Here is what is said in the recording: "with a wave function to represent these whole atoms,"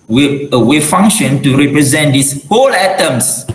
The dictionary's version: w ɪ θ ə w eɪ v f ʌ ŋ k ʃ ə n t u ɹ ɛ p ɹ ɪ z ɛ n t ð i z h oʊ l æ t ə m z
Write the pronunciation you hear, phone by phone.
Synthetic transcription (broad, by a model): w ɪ ə w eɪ f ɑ ŋ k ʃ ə n t u ɹ ɛ p ɹ ɪ z ɛ n t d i s h oʊ l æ t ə m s